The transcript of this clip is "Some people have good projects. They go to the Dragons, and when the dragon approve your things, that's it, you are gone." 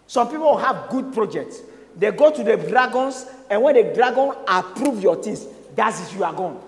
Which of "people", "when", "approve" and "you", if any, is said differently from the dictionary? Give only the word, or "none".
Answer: people